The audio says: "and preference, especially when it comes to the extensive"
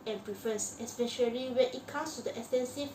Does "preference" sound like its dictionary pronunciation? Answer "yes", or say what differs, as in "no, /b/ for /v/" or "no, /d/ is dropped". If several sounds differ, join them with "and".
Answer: no, /ɹ/ is dropped and /n/ is dropped